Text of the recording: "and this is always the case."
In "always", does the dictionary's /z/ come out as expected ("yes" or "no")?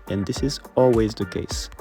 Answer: yes